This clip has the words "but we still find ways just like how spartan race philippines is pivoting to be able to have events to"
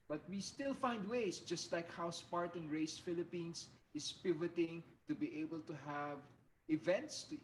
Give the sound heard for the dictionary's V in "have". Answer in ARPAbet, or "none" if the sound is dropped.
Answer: V